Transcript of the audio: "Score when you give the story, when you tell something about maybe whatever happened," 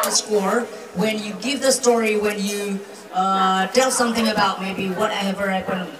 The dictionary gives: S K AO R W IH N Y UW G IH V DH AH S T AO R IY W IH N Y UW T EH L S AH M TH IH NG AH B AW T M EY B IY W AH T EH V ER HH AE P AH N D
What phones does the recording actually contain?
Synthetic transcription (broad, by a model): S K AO R W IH N Y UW G IH V DH AH S T AO R IY W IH N Y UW T EH L S AH M TH IH NG AH B AW T M EY B IY W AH T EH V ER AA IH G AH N